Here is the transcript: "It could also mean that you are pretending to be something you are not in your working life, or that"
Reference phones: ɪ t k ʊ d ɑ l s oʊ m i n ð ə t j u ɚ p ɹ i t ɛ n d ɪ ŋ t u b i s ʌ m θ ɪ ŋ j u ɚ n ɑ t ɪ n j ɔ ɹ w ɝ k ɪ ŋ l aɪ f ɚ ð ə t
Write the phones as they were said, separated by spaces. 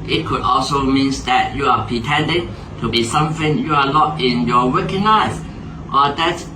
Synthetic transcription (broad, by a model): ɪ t k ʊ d ɑ l s oʊ m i n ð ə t j u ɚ p ɹ i t ɛ n d ɪ ŋ t u b i s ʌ m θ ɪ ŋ j u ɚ l ɑ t ɪ n j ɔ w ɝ k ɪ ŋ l aɪ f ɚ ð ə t